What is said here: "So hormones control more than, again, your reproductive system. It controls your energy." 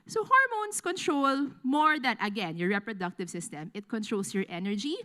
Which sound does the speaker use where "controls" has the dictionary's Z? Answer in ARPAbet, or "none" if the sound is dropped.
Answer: S